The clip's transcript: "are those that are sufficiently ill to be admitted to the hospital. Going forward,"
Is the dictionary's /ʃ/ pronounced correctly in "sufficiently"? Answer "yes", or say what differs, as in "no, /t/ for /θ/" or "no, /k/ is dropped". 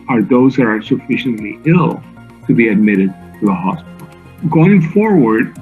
yes